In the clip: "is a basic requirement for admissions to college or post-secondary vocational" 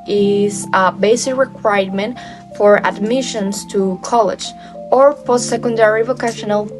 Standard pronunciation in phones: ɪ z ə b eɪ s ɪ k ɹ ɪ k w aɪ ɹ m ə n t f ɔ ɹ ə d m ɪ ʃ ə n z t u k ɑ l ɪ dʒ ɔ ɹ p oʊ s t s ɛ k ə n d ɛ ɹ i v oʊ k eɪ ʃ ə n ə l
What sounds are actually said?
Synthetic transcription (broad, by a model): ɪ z ə b eɪ s ɪ k ɹ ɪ k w aɪ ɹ m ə n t f ɔ ɹ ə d m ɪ ʃ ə n s t u k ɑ l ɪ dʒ ɔ ɹ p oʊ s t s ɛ k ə n d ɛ ɹ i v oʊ k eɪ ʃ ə n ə l